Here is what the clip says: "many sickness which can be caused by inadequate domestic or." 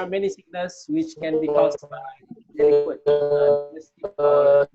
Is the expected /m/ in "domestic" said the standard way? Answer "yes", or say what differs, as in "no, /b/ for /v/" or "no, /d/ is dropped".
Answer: no, /m/ is dropped